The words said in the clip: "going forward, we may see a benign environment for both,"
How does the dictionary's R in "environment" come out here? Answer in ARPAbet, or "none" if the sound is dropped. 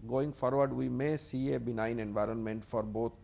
R